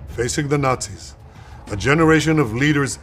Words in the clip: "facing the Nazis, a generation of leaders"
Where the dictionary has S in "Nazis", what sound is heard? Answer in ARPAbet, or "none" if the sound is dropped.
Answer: S